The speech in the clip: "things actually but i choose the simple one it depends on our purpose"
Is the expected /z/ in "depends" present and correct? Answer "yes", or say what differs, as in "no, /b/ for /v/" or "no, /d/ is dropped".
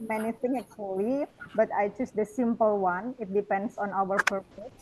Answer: no, /s/ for /z/